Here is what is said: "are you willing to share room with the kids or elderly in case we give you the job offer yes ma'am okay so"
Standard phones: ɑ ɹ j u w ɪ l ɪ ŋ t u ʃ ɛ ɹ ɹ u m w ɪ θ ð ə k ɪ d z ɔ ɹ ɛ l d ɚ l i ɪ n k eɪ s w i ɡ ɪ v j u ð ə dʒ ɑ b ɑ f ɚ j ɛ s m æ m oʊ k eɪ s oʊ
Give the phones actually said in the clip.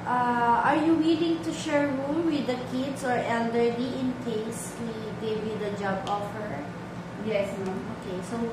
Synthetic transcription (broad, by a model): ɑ ɹ j u w ɪ l ɪ ŋ t u ʃ ɛ ɹ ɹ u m w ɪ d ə k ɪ d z ɔ ɹ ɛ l d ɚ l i ɪ n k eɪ s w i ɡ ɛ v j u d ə dʒ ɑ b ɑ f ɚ j ɛ s oʊ k eɪ s oʊ